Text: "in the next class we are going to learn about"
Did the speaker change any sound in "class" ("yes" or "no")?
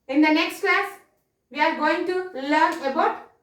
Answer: no